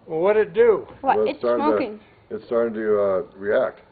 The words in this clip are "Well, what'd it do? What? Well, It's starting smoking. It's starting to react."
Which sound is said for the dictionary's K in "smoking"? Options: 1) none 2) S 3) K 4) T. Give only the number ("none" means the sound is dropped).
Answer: 1